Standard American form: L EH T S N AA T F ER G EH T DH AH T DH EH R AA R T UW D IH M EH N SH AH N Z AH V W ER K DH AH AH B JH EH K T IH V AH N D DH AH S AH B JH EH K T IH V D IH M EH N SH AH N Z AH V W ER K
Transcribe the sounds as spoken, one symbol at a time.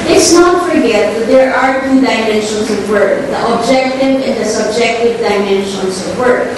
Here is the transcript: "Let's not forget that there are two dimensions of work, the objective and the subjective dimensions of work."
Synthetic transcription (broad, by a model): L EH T S N AA T F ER G EH T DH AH T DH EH R AA R T UW D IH M EH N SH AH N S AH V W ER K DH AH AH B JH EH K T IH V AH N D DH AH S AH B JH EH K T IH V D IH M EH N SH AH N S AH V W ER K